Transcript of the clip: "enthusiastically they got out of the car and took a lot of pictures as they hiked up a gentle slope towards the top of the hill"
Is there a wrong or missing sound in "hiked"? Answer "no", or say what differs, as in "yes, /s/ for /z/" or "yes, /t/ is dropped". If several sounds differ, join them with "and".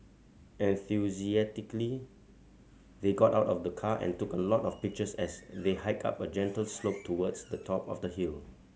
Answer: yes, /t/ is dropped